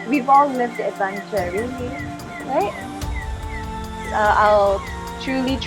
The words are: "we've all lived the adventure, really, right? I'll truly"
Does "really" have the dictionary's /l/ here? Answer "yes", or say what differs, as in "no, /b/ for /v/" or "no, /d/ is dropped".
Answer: no, /l/ is dropped